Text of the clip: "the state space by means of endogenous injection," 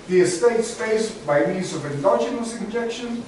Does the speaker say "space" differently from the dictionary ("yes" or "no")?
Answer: yes